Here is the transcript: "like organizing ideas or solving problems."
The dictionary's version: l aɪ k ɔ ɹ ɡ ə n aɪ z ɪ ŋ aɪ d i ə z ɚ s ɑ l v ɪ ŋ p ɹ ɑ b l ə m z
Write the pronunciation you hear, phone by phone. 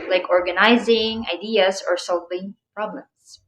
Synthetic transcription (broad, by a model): l aɪ k ɔ ɹ ɡ ə n aɪ z ɪ ŋ aɪ d i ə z ɚ s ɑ l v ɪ ŋ p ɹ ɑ b l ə m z